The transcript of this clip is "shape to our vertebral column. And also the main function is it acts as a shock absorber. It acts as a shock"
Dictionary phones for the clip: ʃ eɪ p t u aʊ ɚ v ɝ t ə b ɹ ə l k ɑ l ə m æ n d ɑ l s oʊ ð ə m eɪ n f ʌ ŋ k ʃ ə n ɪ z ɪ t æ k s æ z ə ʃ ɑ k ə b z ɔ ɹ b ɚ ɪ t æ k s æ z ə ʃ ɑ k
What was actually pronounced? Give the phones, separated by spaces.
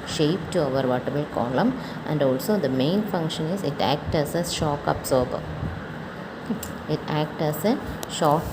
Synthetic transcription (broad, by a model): ʃ eɪ p t u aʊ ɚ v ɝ t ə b ə l k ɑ l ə m æ n d ɑ l s oʊ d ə m eɪ n f ʌ ŋ k ʃ ə n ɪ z ɪ t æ k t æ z ə ʃ ɑ k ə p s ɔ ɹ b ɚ ɪ t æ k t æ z ə ʃ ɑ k